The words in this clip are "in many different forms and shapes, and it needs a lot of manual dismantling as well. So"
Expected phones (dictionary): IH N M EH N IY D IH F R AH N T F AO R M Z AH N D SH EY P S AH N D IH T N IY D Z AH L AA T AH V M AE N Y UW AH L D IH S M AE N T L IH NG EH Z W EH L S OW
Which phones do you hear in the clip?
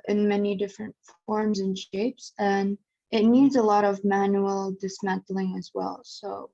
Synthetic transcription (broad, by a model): IH N M EH N IY D IH F R AH N T F AO R M Z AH N SH EY P S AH N IH T N IY D Z AH L AA T AH V M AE N Y UW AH L D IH S M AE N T L IH NG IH Z W EH L S OW